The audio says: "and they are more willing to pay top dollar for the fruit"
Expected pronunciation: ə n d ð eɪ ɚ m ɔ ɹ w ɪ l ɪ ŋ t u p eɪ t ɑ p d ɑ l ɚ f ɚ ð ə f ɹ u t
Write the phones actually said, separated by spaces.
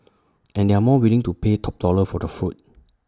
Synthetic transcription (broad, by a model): ə n d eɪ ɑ m ɔ w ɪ l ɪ ŋ t u p eɪ t ɑ p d ɑ l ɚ f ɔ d ə f u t